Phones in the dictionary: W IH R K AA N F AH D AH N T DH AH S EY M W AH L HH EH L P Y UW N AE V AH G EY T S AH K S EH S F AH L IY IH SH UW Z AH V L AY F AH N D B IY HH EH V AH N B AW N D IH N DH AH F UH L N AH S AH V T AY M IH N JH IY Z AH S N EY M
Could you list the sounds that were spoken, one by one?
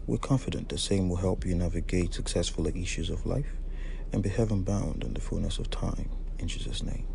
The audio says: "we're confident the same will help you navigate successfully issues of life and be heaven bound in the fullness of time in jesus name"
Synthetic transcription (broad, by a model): W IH R K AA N F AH D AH N DH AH S EY M W AH L HH EH L P Y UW N AE V AH G EY T S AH K S EH S F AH L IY IH SH UW Z AH V L AY F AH N B IY HH EH V AH N B AW N D IH N DH AH F UH L N AH S AH V T AY M IH N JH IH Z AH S N EY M